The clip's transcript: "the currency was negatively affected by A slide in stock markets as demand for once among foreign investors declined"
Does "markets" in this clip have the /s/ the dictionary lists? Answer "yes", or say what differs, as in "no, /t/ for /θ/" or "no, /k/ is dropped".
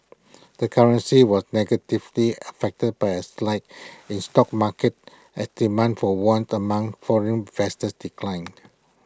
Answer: no, /s/ is dropped